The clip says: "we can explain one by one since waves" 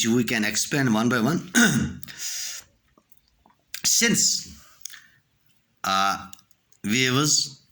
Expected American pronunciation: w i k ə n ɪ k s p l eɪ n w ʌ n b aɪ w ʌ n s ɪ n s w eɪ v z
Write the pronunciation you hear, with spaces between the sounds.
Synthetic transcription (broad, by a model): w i k ə n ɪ k s p eɪ n w ʌ n b aɪ w ʌ n s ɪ n s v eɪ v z